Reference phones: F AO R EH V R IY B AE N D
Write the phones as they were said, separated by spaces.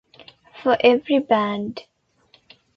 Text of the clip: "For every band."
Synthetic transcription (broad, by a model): F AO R EH V R IY B AE N D